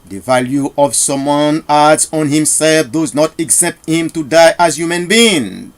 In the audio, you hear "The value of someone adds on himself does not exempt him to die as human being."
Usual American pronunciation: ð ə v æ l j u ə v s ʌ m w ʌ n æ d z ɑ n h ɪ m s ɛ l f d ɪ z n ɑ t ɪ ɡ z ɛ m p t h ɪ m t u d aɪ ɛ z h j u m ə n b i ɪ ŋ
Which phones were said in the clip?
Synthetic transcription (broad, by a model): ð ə v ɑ l j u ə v s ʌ m w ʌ n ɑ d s ɑ n h ɪ m s ɛ l f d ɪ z n ɑ t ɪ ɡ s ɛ p t h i m t u d aɪ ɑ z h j u m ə n b i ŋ